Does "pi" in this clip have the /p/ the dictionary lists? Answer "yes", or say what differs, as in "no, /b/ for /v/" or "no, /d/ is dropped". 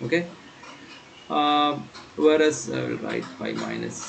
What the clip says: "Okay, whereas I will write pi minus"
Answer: no, /b/ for /p/